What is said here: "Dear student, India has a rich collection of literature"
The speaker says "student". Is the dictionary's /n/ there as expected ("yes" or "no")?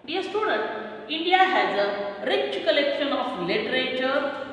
yes